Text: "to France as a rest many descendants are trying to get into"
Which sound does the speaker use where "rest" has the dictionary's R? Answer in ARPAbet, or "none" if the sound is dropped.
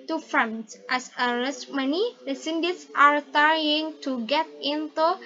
L